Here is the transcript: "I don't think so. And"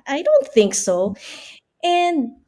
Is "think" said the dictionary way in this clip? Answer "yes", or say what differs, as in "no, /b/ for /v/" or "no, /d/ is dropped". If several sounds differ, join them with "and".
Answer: yes